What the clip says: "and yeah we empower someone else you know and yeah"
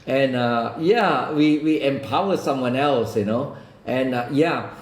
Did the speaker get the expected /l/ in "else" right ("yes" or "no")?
yes